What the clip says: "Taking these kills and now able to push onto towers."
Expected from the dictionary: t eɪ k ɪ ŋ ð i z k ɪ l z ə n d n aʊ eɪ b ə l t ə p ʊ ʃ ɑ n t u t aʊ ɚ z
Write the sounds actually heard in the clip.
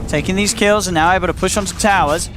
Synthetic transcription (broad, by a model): t eɪ k ɪ ŋ ð i z k ɪ l z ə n n aʊ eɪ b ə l t ə p ʊ ʃ n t t aʊ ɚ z